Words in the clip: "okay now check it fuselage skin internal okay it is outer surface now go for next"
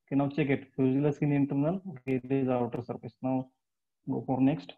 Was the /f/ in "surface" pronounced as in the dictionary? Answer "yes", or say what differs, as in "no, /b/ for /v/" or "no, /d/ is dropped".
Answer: no, /p/ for /f/